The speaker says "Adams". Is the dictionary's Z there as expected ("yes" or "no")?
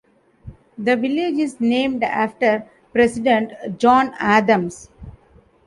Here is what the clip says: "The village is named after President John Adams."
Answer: no